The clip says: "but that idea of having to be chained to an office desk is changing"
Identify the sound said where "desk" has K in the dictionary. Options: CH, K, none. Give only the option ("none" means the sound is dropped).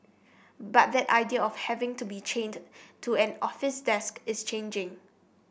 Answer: K